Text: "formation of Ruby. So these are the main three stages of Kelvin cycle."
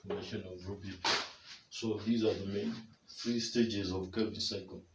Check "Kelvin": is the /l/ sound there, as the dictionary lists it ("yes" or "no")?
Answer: no